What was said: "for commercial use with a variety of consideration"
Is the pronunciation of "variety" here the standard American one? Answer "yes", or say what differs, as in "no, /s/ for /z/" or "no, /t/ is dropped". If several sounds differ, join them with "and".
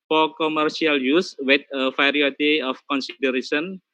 no, /f/ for /v/